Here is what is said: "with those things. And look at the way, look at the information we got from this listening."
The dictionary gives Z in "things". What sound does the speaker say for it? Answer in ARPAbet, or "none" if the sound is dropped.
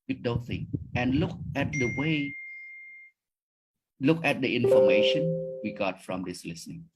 none